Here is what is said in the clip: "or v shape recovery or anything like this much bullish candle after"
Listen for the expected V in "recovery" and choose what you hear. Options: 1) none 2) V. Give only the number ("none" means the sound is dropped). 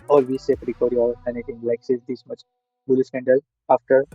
1